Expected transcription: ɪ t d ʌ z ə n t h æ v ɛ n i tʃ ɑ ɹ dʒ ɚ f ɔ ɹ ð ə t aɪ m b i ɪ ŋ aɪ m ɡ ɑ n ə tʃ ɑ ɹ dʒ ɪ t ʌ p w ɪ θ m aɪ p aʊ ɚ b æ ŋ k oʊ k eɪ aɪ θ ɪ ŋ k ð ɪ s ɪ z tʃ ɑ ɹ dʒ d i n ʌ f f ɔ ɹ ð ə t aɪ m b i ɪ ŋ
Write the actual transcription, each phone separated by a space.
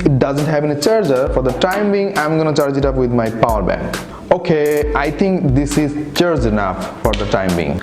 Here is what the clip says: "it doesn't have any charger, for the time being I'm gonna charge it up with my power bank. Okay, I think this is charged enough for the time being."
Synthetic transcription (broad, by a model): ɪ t d ʌ z ə n t h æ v ɛ n i tʃ ɑ ɹ dʒ ɚ f ɔ ɹ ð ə t aɪ m b i ŋ aɪ m ɡ ɑ n ə tʃ ɑ ɹ dʒ ɪ t ʌ p w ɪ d m aɪ p aʊ ɚ b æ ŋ k oʊ k eɪ aɪ t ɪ ŋ k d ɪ s ɪ z tʃ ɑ ɹ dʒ i n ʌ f f ɔ ɹ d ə t aɪ m b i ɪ ŋ